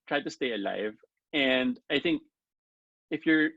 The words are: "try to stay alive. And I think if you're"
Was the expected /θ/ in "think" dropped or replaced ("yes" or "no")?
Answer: no